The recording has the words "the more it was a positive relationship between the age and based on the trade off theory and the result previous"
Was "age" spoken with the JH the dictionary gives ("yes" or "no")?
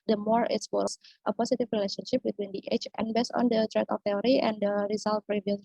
no